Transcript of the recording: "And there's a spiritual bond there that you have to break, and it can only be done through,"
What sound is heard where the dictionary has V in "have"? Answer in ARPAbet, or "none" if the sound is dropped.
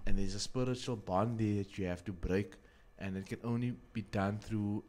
F